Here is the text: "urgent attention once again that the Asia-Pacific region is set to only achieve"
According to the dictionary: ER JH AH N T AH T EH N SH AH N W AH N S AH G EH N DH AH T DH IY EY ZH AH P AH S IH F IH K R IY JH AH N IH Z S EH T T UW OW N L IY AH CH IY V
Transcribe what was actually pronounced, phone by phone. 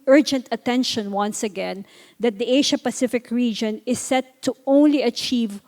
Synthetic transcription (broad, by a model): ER JH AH N T AH T EH N SH AH N W AH N S AH G EH N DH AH T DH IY EY SH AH P AH S IH F IH K R IY JH AH N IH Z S EH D T UW OW N L IY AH CH IY V